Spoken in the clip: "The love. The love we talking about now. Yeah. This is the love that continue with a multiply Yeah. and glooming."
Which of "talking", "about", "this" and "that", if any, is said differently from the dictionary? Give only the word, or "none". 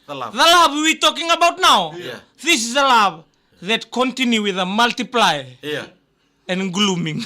none